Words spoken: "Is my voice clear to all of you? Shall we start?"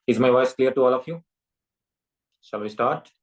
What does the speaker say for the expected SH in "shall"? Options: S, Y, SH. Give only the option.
S